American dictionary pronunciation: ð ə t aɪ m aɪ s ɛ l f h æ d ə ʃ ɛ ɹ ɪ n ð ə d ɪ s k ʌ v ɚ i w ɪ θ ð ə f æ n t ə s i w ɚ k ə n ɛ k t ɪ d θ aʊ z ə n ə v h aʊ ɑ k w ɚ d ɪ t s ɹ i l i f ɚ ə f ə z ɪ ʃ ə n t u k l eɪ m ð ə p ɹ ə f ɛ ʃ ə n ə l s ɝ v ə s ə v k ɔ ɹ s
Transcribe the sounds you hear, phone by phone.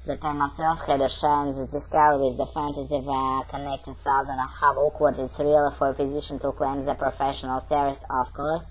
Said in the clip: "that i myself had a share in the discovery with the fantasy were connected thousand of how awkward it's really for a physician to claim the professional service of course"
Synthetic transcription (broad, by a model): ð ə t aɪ m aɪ s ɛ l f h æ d ə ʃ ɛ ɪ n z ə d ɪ s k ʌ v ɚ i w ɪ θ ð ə f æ n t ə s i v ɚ k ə n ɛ k t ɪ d s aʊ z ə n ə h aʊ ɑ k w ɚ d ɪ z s ɹ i l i f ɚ ə f ə z ɪ ʃ ə n t u k l eɪ m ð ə p ɹ ə f ɛ ʃ ə n ə l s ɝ ə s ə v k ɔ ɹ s